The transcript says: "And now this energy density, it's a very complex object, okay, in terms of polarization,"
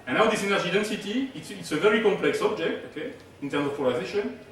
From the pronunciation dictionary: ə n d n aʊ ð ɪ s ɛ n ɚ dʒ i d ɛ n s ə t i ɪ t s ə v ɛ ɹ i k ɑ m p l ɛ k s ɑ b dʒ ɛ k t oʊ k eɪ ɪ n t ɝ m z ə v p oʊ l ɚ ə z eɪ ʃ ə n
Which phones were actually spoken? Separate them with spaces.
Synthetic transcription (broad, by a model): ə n n aʊ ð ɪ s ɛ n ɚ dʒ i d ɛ n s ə t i ɪ t s ə v ɛ ɹ i k ɑ m p l ɛ k s ɑ b dʒ ɛ k t oʊ k eɪ ɪ n t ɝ m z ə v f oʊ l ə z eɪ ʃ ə n